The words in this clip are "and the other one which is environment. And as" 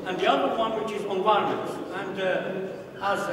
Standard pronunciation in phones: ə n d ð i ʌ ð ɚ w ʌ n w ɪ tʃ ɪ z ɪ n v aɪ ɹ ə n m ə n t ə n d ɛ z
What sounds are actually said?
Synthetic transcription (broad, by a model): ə n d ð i ʌ ð ɚ w ʌ n w ɪ tʃ ɪ z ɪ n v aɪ ə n ə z ə n d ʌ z